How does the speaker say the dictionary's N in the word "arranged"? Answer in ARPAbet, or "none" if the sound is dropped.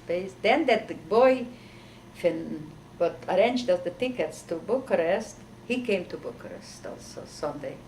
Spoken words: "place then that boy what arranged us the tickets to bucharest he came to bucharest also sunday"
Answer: N